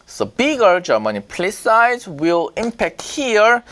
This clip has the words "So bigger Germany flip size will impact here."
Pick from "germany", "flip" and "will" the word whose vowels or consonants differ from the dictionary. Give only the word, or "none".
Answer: flip